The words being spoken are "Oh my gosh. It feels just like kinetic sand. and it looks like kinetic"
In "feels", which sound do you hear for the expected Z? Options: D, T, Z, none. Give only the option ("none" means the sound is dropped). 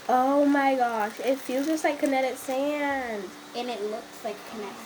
none